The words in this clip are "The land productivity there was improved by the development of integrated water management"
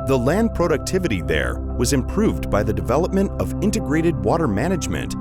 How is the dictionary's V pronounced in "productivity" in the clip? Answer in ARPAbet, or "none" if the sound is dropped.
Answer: V